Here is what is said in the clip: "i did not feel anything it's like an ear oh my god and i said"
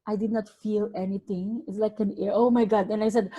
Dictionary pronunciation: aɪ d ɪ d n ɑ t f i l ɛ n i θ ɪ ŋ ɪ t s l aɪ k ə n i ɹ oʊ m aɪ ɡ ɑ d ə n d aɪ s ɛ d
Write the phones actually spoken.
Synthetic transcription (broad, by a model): aɪ d ɪ d n ɑ t f i l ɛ n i t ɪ ŋ ɪ t s l aɪ k ə n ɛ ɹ oʊ m aɪ ɡ ɑ d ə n aɪ s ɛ d